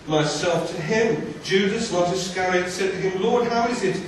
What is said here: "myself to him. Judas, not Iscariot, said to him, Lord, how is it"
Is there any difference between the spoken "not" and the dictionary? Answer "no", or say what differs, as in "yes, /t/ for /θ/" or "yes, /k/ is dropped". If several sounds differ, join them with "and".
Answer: yes, /l/ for /n/